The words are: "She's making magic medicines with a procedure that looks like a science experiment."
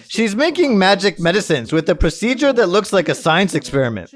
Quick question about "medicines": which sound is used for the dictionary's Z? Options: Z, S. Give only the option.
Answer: Z